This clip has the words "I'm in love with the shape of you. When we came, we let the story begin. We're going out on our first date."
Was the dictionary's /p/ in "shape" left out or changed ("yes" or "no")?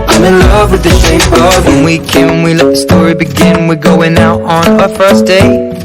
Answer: yes